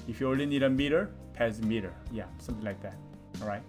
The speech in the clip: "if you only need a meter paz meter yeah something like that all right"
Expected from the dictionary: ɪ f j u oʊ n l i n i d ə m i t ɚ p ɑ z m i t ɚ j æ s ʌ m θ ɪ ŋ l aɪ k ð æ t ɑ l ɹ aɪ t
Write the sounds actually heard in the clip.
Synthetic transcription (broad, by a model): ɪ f j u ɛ l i n i d ə m i t ɚ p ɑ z m i t ɚ j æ s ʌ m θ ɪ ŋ l aɪ k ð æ t ɑ l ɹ aɪ t